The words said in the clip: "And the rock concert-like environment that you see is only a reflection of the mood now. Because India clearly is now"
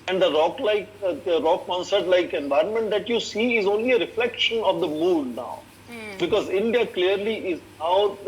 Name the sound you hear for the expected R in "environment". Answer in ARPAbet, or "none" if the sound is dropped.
R